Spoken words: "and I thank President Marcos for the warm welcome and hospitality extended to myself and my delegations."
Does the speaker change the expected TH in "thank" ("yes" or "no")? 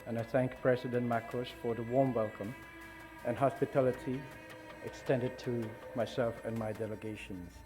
no